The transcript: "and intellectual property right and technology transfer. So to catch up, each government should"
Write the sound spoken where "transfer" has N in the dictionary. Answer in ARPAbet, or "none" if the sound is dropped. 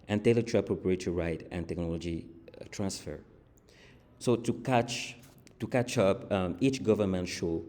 N